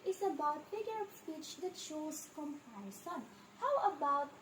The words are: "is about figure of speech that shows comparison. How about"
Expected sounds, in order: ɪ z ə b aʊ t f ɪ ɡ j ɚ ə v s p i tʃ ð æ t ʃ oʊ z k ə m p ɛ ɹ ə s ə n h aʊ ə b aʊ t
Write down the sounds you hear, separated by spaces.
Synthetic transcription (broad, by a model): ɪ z ə b aʊ t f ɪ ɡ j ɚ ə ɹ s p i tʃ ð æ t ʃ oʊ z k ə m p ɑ ə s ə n h aʊ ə b aʊ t